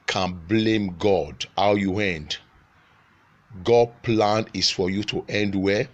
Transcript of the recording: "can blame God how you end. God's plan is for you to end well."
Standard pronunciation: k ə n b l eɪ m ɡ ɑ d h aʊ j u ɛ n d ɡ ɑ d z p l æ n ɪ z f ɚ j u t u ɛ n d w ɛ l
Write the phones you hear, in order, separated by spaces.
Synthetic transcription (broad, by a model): k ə n b l eɪ m ɡ ɑ d h aʊ j u ɛ n d ɡ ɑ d p l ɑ n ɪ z f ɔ j u t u ɛ n d w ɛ